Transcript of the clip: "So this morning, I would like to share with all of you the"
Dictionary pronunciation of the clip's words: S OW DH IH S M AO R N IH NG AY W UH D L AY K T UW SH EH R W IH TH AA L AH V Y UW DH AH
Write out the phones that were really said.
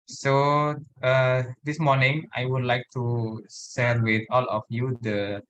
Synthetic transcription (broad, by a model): S OW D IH S M AO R N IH NG AY W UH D L AY K T UW S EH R W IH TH AA L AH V Y UW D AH